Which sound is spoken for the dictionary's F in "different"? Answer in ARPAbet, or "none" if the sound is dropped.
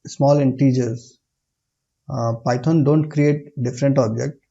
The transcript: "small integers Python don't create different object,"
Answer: F